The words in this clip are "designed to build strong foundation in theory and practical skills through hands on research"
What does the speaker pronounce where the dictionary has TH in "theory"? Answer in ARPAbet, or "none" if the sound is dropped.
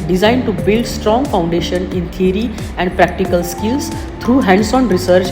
T